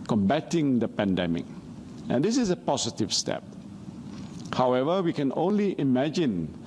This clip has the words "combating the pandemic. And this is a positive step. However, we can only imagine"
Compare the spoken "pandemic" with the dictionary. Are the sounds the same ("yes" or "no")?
yes